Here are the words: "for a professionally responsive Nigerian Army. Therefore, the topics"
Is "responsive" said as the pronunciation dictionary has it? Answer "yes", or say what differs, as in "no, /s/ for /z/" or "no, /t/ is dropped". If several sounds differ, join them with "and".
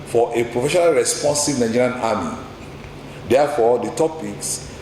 yes